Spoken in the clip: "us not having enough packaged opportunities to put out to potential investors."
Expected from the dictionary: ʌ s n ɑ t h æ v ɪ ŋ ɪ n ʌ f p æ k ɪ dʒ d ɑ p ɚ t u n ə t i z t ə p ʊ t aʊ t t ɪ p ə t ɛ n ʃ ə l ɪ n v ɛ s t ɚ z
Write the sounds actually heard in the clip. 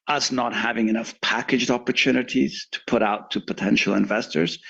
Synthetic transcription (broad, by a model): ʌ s n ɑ t h æ v ɪ ŋ ɪ n ʌ f p æ k ɪ dʒ d ɑ p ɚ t u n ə t i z t ə p ʊ t aʊ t t ɪ p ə t ɛ n ʃ l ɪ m v ɛ s t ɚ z